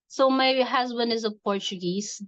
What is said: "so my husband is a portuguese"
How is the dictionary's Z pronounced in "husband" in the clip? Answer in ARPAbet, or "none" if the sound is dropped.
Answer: Z